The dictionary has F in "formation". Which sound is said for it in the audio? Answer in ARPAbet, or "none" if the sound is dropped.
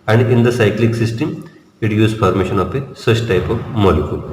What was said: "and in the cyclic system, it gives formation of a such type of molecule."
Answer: P